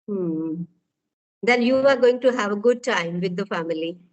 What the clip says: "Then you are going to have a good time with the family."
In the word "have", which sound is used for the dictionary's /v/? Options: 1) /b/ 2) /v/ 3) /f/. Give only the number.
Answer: 2